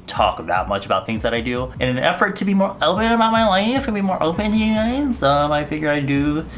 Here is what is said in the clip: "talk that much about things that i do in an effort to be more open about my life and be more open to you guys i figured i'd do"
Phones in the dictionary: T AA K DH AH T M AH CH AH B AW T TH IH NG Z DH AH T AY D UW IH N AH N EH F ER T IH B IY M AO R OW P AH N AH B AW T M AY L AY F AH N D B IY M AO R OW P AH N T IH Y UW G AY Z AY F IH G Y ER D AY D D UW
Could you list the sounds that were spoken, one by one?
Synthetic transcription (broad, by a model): T AA K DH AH T M AH CH AH B AW T TH IH NG Z DH AH T AY D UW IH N AH N EH F ER T IH B IY M AO R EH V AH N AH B AW T M AY L AY F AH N B IY M AO R OW P AH N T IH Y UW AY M AY F IH G Y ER AY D D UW